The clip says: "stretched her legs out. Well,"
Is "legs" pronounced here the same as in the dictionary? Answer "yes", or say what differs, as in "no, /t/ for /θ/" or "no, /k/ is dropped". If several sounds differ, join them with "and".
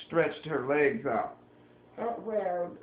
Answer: yes